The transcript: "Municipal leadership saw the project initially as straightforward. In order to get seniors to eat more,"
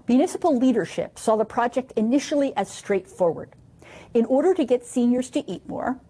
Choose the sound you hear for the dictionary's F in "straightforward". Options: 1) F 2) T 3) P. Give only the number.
1